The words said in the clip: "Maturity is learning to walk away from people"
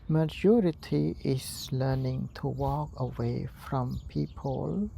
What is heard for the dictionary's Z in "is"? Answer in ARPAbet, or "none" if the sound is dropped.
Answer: S